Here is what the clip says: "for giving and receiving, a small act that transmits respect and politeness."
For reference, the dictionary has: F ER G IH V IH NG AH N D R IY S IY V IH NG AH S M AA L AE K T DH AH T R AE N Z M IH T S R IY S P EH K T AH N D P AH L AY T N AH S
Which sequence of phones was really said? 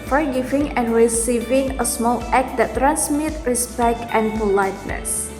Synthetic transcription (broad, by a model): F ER G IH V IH NG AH N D R IY S IY V IH NG AH S M AA L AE K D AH T R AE N S M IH T R IY S P EH K T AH N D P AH L AY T N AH S